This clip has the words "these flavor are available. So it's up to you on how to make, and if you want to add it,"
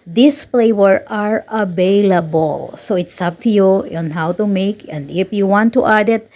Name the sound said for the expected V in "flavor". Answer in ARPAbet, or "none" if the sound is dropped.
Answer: W